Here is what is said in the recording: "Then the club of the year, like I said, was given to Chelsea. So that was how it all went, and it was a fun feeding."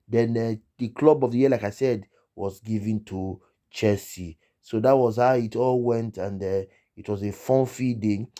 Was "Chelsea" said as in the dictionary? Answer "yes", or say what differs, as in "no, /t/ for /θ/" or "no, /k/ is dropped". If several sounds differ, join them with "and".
no, /l/ is dropped